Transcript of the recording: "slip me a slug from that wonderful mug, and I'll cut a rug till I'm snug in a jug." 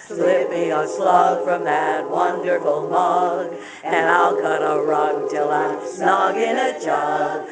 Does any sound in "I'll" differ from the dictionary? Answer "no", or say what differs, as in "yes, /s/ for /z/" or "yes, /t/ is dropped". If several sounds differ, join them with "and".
no